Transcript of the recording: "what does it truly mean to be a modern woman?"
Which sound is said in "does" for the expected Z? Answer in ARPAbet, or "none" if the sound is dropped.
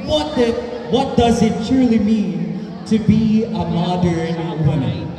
Z